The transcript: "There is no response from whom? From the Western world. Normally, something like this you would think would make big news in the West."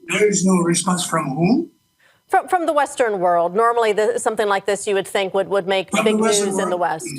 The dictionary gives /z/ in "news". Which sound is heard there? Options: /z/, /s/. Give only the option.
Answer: /z/